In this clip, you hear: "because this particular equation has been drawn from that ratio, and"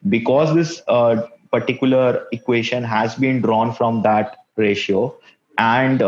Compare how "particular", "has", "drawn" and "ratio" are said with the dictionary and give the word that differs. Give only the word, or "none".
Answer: none